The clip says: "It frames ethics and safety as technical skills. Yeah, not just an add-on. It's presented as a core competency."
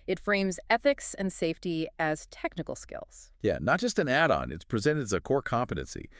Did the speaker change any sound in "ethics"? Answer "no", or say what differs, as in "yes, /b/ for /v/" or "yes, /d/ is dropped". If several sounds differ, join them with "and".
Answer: no